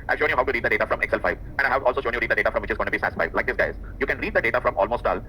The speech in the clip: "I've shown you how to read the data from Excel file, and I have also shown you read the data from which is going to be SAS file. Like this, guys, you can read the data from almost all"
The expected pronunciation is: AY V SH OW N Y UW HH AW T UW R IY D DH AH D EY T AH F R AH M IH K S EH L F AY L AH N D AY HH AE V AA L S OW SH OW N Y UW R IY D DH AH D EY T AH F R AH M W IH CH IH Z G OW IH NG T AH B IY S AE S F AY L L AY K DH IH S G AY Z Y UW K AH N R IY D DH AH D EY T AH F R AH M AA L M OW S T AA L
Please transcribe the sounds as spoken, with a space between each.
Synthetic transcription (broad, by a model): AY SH OW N Y UW HH AW T UW R IY D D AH D EY T AH F R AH M IH K S EH L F AY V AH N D AY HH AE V AA L S OW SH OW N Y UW R IY D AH D EY T AH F R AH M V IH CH IH Z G OW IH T B IY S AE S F AY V L AY K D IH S G AY Z Y UW K AH N R IY D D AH D EY T AH F R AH M AA L M OW S T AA L